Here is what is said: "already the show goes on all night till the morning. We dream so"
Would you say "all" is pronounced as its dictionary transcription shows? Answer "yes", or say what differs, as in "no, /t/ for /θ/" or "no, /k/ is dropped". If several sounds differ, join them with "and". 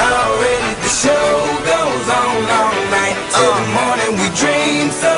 no, /n/ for /l/